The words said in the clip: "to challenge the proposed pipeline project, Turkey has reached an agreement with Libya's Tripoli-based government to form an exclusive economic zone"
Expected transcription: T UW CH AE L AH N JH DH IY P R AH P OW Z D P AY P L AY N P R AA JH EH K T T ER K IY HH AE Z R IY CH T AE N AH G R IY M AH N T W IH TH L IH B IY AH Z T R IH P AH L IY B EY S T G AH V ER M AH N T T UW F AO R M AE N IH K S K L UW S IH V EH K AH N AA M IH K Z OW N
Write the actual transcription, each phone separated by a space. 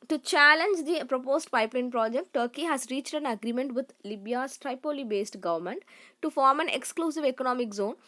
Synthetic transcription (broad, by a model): T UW CH AE L AH N JH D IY P R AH P OW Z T P AY P L AY N P R AA JH EH K T T ER K IY HH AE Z R IY CH T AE N AH G R IY M AH N T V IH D L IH B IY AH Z T R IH P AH L IY B EY S T G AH V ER M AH N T T UW F AO R M AE N IH K S K L UW S IH V EH K AH N AA M IH K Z OW N